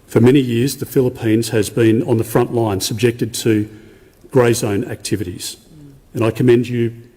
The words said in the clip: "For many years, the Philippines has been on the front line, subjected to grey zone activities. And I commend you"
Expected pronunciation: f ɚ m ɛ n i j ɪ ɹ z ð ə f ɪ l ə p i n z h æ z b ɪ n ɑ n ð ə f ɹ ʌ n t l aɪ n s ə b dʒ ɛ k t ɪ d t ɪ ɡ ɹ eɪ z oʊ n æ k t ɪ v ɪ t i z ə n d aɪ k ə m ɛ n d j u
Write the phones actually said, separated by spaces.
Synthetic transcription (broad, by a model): f ɚ m ɛ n i j ɪ ɹ z ð ə f ɪ l ə p i n z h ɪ z b ɪ n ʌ n ð ə f ɹ ʌ n t l aɪ n s ə b dʒ ɛ k t ɪ d t ɪ ɡ ɹ eɪ z oʊ n æ k t ɪ v ɪ t i z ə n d aɪ k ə m ɛ n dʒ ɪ